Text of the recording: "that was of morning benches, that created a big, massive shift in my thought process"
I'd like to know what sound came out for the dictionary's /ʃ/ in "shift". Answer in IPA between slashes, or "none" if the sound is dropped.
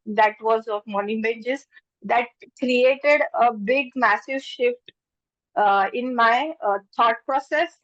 /ʃ/